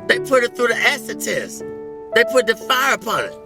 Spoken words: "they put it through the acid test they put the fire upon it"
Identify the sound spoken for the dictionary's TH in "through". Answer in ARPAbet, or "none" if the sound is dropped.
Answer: TH